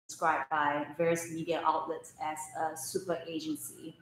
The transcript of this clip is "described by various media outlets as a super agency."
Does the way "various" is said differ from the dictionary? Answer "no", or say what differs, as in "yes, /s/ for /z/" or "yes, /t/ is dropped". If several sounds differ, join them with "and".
no